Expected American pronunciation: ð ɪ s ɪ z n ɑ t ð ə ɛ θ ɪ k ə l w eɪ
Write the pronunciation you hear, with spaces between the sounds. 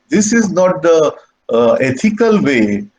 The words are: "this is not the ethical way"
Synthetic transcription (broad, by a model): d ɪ s ɪ z n ɑ t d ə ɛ t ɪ k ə l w eɪ